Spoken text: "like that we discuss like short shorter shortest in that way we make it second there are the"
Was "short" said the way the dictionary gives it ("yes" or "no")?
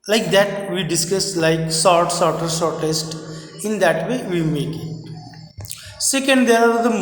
no